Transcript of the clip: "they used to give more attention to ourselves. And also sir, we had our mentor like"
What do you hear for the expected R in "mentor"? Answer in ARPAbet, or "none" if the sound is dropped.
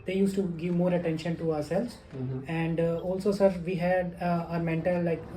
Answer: L